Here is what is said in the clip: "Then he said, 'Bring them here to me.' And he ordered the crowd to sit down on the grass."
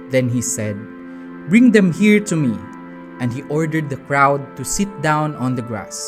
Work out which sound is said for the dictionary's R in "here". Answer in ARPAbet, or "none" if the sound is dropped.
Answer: R